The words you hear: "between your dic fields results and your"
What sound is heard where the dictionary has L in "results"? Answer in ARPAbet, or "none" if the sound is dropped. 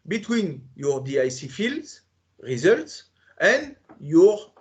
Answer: L